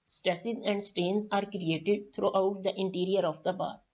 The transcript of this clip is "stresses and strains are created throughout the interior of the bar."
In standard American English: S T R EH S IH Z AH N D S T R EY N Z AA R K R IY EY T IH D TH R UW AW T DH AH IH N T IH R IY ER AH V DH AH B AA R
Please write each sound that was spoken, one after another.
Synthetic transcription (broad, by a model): S T R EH S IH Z AH N D S T EY N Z AA R K R IY EY T IH D T R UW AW T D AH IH N T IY R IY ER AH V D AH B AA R